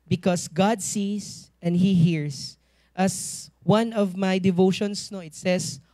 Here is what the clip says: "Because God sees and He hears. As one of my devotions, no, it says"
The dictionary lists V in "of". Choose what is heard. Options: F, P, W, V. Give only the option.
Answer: V